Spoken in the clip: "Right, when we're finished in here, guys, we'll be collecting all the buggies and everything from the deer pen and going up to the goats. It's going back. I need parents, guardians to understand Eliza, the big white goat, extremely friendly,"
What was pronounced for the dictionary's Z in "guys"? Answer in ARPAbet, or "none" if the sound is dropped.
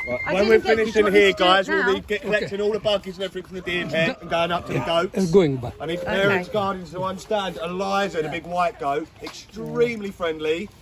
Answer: Z